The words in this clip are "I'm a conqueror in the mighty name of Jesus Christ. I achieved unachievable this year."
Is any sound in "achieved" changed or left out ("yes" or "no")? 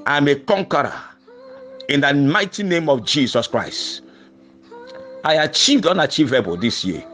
no